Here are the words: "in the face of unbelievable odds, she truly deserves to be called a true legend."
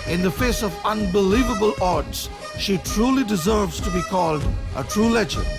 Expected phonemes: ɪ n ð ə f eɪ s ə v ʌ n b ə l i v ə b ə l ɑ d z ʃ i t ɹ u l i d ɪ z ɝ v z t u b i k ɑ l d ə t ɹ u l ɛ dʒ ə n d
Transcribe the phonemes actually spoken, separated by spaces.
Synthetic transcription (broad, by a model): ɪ n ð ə f eɪ s ə v ʌ n b ə l i v ə b ə l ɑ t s ʃ i t ɹ u l i d ɪ z ɝ v z t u b i k ɑ l d ə t ɹ u l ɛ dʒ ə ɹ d